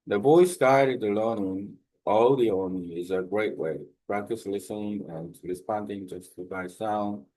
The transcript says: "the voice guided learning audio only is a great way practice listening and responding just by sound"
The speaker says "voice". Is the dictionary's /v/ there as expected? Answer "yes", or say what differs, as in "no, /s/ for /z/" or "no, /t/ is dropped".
no, /b/ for /v/